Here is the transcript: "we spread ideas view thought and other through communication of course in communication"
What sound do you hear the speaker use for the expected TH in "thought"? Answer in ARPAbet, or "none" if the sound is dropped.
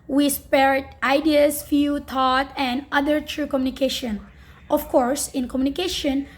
T